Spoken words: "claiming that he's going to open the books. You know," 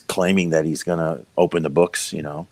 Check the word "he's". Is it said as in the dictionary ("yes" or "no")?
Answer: yes